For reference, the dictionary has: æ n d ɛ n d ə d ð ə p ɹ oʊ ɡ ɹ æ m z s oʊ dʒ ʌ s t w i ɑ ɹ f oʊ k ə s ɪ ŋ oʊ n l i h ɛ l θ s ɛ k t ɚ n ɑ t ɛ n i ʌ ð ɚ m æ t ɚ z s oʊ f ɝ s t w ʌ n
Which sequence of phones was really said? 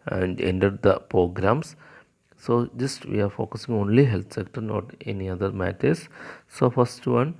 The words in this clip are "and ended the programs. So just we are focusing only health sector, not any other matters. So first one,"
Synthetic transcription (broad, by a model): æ n d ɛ n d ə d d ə p ɹ oʊ ɡ ɹ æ m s s oʊ dʒ ʌ s t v i ɑ ɹ f oʊ k ə s ɪ ŋ oʊ n l i h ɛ l t s ɛ k t ɚ n ɑ t ɛ n i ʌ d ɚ m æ t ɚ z s oʊ f ɝ s t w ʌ n